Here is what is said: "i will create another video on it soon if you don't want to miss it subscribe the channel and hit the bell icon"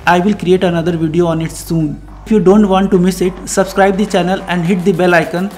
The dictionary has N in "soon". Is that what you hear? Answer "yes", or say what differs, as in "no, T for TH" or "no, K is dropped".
yes